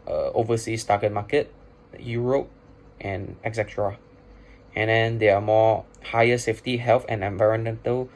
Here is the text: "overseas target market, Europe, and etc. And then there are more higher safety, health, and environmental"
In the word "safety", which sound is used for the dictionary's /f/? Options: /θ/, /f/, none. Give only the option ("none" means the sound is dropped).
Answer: /f/